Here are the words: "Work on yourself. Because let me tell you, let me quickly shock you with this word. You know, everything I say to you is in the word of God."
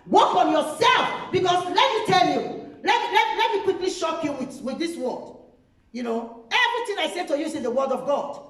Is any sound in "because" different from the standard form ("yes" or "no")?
yes